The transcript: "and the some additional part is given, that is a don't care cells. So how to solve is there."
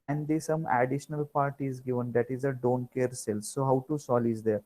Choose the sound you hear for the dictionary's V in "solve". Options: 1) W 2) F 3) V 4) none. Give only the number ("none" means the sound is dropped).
4